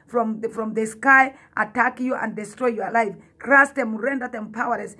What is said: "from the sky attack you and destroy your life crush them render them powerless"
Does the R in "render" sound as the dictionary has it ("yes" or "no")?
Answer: yes